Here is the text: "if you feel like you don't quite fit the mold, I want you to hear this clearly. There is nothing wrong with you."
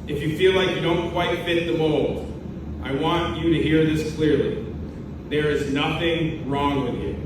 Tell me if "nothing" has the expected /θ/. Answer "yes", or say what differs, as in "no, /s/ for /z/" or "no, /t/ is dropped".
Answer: yes